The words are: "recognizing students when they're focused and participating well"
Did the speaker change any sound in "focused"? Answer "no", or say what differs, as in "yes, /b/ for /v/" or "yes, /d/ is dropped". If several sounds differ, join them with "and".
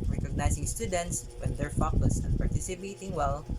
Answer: yes, /t/ is dropped